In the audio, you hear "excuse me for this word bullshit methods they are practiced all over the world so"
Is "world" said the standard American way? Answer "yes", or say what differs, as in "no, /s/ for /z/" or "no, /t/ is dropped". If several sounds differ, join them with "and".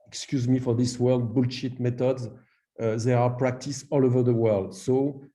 yes